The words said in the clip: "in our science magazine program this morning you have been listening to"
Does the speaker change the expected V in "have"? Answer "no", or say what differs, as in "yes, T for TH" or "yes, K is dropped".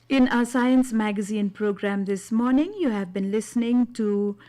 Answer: no